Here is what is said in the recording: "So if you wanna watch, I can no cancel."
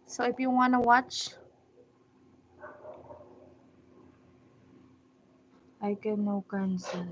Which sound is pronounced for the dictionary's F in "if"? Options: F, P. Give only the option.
P